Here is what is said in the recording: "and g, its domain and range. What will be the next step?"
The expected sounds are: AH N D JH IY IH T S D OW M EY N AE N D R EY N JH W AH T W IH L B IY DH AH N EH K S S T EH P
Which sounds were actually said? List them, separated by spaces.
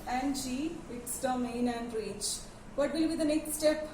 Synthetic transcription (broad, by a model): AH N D JH IY IH T S D OW M EY N AE N D R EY JH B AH T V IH L B IY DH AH N EH K S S T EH P